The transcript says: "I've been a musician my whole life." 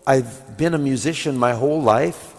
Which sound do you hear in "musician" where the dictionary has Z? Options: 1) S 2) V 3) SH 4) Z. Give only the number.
4